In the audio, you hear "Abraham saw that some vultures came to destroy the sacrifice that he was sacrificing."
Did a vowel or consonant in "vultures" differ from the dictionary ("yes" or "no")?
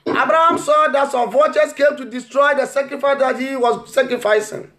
yes